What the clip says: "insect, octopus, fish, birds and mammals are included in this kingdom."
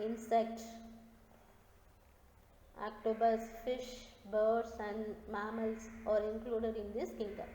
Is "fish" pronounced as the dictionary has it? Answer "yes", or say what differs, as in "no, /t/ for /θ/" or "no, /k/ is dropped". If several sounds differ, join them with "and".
yes